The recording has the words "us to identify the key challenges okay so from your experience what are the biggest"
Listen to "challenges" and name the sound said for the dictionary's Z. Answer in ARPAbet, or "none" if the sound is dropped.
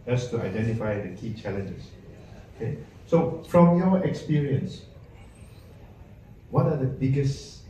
S